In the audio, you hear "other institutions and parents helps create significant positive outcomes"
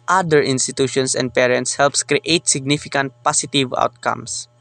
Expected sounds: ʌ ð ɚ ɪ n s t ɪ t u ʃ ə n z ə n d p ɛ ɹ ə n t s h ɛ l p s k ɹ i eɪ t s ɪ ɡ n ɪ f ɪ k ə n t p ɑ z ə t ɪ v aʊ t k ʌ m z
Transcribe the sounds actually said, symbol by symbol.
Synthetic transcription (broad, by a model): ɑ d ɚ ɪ n s t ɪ t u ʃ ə n s ə n d p ɛ ɹ ə n t s h ɛ l p s k ɹ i eɪ t s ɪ ɡ n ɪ f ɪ k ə n t p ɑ s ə t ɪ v aʊ t k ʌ m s